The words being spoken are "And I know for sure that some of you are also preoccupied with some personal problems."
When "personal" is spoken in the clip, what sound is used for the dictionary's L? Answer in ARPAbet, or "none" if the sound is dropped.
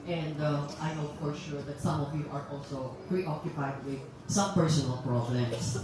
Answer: L